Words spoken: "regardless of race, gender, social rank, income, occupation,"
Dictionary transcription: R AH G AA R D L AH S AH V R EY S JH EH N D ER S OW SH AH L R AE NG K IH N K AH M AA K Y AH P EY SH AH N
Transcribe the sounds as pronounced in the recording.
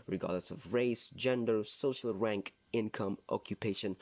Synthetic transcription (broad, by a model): R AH G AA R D L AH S AH V R EY S JH EH N D ER S OW SH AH L R AE NG K IH N K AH M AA K Y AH P EY SH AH N